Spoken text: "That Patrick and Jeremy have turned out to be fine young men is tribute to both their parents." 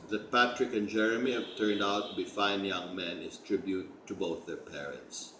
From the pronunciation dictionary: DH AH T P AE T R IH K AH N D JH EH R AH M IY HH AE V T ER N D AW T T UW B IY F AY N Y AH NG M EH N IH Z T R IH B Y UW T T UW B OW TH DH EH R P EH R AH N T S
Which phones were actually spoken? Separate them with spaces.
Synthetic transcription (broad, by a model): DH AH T P AE T R IH K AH N JH EH R AH M IY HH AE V T ER N D AW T T UW B IY F AY N Y AH NG M EH N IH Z T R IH B Y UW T T UW B OW TH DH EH R P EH R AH N T S